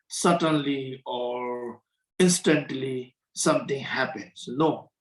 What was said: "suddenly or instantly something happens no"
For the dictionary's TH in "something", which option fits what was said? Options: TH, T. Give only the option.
T